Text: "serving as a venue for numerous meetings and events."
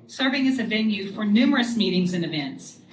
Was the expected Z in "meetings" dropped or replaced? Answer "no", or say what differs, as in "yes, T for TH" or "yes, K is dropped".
no